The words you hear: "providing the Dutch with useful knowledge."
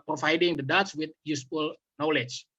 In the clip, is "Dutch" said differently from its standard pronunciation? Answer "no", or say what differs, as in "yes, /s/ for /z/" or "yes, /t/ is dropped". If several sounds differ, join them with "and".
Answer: yes, /s/ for /tʃ/